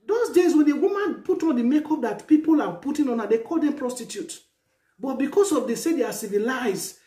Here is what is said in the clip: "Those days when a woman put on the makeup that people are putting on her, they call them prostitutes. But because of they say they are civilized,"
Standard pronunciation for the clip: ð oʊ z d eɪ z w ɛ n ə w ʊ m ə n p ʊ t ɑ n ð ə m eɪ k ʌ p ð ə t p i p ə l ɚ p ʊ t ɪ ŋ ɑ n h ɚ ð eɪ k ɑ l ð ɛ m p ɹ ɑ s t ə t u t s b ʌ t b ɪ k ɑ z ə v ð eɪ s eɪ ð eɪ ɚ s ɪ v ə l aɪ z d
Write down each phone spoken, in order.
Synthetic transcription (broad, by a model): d oʊ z d eɪ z w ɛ n ə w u m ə n p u t ɑ n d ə m eɪ k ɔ p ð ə t p i p ə l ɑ p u t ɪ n ɑ n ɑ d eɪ k ɑ l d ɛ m p ɹ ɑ s t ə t u t b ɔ t b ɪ k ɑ s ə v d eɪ s eɪ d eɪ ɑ s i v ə l aɪ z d